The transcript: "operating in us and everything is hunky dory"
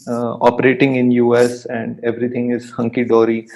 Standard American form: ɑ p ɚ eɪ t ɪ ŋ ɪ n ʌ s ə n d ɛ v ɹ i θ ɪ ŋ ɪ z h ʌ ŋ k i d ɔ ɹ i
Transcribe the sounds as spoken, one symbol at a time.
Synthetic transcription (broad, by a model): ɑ p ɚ eɪ t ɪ ŋ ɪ n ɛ s ə n d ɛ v ɹ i t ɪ ŋ ɪ z h ʌ ŋ k i d ɔ ɹ i